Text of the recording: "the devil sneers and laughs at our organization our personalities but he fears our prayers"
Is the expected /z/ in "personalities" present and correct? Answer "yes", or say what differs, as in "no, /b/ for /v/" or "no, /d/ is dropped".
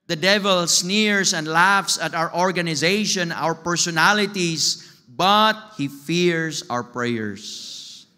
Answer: no, /s/ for /z/